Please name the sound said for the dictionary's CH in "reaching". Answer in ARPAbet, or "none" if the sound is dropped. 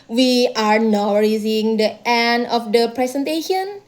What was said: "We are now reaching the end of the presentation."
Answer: S